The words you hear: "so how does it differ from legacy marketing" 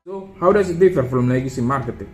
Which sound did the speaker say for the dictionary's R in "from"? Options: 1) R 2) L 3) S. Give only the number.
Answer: 2